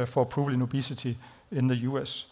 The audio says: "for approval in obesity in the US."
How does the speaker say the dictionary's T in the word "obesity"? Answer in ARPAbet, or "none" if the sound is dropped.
S